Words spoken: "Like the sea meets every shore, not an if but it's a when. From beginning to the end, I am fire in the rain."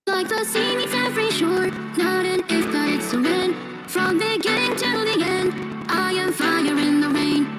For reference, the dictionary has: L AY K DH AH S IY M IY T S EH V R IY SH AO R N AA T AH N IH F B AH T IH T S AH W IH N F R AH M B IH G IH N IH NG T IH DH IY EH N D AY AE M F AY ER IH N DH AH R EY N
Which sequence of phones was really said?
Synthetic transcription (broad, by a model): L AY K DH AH S IY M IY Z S EH V R IY SH AO R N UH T AH N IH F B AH T IH T S AH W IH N F R AH M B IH G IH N IH NG T IH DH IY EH N D AY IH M F AY ER IH N DH AH R EY N